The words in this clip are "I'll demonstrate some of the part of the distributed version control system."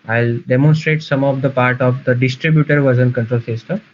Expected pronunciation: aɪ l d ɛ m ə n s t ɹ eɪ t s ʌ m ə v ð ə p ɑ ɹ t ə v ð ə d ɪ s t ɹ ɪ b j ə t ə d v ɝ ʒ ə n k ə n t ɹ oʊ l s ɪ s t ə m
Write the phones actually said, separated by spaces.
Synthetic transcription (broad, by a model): aɪ l d ɛ m ə n s t ɹ eɪ t s ʌ m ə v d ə p ɑ ɹ t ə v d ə d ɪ s t ɹ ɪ b j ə t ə d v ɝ z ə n k ə n t ɹ oʊ l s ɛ s t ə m